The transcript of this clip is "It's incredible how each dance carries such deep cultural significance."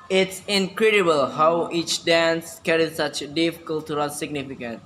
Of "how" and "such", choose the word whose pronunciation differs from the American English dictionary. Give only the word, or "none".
none